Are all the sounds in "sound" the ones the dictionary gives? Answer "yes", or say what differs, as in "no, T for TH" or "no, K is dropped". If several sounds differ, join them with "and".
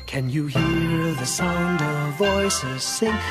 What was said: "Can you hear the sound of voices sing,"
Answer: yes